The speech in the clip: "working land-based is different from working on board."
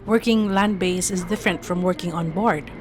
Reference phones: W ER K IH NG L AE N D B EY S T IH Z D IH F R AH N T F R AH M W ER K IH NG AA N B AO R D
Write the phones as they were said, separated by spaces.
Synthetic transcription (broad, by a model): W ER K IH NG L AE N D B EY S IH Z D IH F R AH N T F R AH M W ER K IH NG AA N B AO R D